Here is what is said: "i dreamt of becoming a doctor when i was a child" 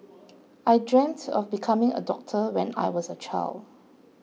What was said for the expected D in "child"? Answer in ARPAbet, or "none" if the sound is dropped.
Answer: D